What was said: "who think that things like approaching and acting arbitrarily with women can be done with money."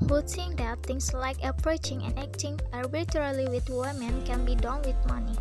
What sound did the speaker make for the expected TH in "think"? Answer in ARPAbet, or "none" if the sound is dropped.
S